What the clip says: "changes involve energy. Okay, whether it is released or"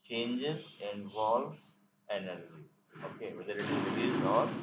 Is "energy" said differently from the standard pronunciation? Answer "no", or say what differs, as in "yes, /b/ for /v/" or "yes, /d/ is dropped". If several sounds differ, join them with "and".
no